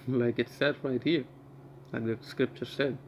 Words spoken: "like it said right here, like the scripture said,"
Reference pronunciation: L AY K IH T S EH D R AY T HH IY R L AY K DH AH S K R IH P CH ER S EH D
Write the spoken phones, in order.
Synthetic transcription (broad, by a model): L AY K IH T S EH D R AY T HH IY R L AY K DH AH S K R IH P CH ER S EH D